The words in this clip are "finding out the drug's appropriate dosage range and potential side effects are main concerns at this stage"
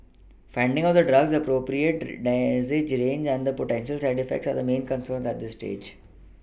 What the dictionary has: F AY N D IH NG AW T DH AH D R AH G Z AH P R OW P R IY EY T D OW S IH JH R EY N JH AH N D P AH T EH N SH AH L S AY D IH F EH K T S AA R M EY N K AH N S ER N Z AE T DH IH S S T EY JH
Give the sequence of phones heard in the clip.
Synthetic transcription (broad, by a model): F AY N D IH NG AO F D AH D R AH G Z AH P R OW P R IY EY T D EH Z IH JH R EY N JH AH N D P AH T EH N SH AH L S AY D IH F EH K T S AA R M EY N K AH N S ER N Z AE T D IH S S T EY JH